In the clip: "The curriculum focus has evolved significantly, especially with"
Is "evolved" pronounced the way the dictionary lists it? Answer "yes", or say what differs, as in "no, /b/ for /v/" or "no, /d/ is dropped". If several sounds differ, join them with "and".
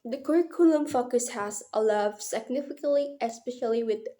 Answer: no, /l/ is dropped